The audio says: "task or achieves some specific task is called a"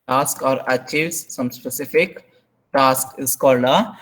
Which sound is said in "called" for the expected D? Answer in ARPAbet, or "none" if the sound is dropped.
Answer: none